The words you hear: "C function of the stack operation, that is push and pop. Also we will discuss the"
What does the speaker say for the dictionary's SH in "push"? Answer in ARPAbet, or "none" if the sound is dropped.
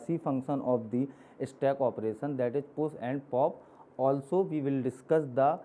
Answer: S